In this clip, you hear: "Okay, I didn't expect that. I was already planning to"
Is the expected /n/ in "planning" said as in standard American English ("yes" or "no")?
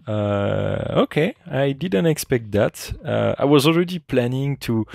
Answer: yes